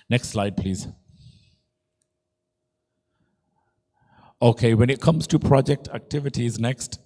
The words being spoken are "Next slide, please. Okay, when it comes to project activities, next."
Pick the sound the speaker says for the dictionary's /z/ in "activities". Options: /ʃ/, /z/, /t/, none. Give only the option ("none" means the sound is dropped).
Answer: /z/